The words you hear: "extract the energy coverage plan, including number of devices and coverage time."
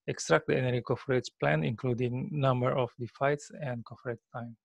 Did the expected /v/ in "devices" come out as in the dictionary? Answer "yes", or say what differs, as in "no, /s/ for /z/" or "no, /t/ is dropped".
no, /f/ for /v/